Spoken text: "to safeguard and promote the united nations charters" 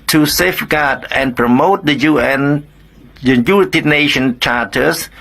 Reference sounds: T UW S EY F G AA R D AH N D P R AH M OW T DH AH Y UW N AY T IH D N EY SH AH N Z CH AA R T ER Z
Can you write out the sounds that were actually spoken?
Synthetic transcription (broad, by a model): T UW S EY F G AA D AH N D P R AH M OW T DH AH Y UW N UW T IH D N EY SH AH N CH AA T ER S